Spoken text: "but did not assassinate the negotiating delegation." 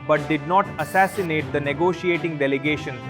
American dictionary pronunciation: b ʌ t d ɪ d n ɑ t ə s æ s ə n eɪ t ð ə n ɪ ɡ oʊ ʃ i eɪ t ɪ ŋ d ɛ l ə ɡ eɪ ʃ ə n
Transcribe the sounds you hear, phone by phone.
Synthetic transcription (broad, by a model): b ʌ t d ɪ d n ɑ t ə s æ s ə n eɪ t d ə n ɪ ɡ oʊ ʃ i eɪ t ɪ ŋ d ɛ l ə ɡ eɪ ʃ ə n